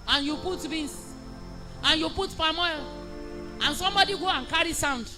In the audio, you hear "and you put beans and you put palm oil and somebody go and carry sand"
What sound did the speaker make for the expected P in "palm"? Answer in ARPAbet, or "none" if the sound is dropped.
F